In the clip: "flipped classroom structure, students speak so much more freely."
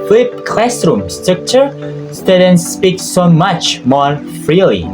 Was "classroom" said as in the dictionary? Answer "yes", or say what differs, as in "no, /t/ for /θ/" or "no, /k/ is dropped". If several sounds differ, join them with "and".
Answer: yes